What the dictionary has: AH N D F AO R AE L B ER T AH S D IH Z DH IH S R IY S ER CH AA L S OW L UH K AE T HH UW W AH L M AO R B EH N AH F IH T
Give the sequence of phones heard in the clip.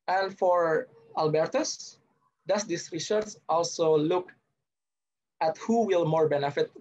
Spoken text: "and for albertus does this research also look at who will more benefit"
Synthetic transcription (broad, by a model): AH N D F AO R AE L B ER T AH S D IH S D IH S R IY SH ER S AA L S OW L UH K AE T HH UW W AH L M AO R B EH N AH F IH T